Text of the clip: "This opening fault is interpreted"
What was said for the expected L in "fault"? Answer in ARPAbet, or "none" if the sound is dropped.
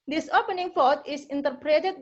none